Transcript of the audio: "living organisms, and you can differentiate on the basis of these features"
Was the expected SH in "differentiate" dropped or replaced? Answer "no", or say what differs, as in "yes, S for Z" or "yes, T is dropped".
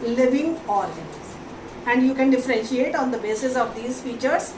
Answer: no